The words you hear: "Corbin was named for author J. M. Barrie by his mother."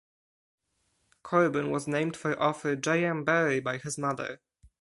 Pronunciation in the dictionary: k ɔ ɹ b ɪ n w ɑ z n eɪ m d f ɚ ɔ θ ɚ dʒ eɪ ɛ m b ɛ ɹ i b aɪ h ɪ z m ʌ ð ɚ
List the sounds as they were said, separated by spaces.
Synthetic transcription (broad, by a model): k ɔ ɹ b ɪ n w ɑ z n eɪ m d f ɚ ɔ f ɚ dʒ eɪ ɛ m b ɛ ɹ i b aɪ h ɪ z m ʌ ð ɚ